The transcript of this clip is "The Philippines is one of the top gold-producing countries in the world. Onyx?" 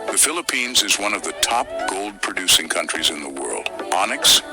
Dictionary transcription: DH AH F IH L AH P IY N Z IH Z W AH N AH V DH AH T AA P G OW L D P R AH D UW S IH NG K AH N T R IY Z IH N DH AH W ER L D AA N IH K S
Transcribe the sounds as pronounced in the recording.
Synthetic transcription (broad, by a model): DH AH F IH L AH P IY N Z IH Z W AH N AH V DH AH T AA P G OW L D P R AH D UW S IH NG K AH N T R IY Z IH N DH AH W ER L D AA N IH K S